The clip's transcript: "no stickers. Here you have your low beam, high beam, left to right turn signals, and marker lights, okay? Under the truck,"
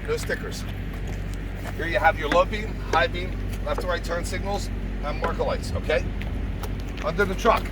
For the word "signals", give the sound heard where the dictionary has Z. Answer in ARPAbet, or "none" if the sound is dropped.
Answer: Z